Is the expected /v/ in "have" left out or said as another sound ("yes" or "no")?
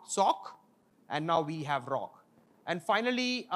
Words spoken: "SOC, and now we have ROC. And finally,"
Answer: no